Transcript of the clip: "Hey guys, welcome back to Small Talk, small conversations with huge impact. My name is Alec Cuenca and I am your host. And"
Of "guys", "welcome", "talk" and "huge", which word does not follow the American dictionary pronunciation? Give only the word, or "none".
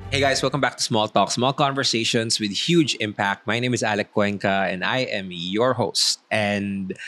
guys